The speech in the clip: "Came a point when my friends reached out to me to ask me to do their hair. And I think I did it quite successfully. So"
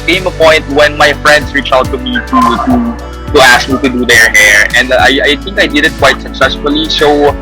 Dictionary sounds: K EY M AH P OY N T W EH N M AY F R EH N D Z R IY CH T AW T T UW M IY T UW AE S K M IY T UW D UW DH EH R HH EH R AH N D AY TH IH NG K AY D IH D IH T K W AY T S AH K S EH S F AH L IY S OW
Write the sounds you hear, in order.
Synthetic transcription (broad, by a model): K EY M AH P OY N T W EH N M AY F R EH N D S R IY CH AW T T UW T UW T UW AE S K M IY T UW D UW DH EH R HH EH R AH N D AY TH IH NG K AY D IH D IH T K W AY T S AH K S EH S F AH L IY S OW